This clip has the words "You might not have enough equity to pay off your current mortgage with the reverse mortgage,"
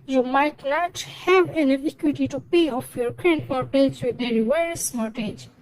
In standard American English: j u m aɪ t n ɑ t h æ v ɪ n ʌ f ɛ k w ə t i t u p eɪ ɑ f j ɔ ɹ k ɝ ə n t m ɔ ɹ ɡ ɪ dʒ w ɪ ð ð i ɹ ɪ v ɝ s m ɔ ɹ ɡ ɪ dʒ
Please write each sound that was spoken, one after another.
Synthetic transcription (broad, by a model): j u m aɪ t n ɑ t h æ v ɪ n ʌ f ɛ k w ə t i t u p eɪ ɑ f j ɔ ɹ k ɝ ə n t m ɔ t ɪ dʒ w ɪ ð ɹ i w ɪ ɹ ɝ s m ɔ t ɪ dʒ